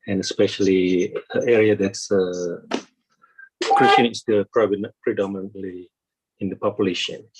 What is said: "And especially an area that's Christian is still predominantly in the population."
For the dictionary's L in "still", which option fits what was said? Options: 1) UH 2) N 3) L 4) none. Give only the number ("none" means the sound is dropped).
2